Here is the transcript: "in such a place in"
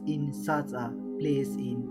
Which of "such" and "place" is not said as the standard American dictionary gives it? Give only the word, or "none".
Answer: such